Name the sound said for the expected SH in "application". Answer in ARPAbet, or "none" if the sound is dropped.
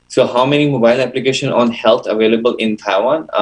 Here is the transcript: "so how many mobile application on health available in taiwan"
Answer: SH